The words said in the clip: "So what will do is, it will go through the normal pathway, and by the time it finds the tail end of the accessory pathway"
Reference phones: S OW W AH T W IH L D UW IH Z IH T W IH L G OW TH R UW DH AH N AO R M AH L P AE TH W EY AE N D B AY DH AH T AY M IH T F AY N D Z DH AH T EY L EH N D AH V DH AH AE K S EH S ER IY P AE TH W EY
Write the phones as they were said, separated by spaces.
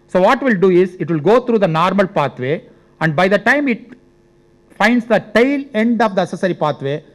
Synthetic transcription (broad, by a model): S OW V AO T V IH L D UW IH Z IH T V IH L G OW T R UW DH AH N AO R M AH L P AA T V EY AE N D B AY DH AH T AY M IH T F AY N D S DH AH T EY L EH N D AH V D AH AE S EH S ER IY P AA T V EY